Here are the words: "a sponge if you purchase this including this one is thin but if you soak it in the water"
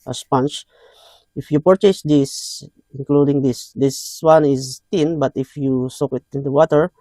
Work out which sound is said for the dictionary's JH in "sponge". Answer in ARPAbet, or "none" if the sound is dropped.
CH